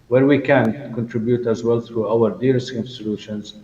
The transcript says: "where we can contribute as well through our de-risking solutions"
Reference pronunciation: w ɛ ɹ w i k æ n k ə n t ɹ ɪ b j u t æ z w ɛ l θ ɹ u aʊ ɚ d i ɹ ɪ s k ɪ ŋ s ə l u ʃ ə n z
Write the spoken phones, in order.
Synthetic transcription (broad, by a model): w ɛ ɹ w i k æ n k ə n t ɹ ɪ b j u t æ z w ɛ l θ ɹ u aʊ ɚ d i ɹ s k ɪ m s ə l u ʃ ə n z